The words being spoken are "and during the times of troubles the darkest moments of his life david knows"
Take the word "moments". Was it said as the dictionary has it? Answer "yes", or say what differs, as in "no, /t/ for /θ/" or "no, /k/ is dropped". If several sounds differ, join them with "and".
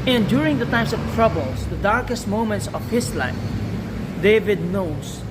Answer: yes